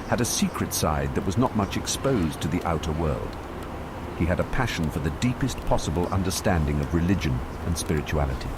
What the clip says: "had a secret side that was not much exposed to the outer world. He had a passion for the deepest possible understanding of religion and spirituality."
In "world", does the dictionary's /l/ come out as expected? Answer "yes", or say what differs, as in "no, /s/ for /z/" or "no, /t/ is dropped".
yes